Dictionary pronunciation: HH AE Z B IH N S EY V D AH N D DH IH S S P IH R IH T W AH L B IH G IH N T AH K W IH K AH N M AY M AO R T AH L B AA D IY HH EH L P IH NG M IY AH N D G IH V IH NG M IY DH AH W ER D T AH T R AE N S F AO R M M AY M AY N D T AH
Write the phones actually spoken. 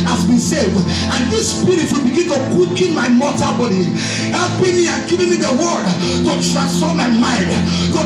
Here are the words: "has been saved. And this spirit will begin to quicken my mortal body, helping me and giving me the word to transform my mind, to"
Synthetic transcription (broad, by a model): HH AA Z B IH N S EY V D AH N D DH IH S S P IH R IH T W AH L B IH G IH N T AH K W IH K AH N M AY M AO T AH B AA D IY HH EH L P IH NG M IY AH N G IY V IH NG M IY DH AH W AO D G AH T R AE S AO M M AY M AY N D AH